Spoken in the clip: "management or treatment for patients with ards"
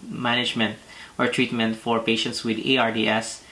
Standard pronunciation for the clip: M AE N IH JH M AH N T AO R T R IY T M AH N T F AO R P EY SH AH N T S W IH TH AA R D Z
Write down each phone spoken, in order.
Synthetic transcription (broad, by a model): M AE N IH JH M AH N T AO R T R IY T M AH N T F AO R P EY SH AH N T S W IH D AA R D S